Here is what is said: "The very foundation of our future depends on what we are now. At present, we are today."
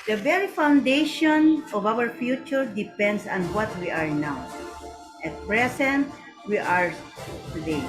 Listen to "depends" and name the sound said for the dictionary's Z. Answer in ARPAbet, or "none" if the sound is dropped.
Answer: S